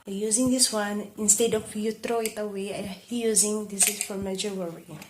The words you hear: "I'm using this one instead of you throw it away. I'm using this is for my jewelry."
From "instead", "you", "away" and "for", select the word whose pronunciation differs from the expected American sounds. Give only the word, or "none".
none